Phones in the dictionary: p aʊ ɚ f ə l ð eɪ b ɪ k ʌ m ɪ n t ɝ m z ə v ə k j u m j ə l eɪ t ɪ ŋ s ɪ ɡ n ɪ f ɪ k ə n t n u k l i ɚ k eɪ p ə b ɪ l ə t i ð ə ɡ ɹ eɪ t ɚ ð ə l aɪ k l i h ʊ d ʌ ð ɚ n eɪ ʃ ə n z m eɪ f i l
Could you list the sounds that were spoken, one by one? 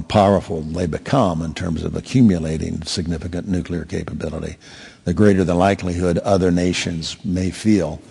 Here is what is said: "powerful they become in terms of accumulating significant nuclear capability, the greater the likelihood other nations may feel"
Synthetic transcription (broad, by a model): p aʊ ɚ f l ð eɪ b ɪ k ʌ m ɪ n t ɝ m z ə v ə k j u m j ə l eɪ t ɪ ŋ s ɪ ɡ n ɪ f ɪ k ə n n u k l i ɚ k eɪ p ə b ɪ l ə t i ð ə ɡ ɹ eɪ t ɚ ð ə l aɪ k l i h ʊ d ʌ ð ɚ n eɪ ʃ ə n z m eɪ f i l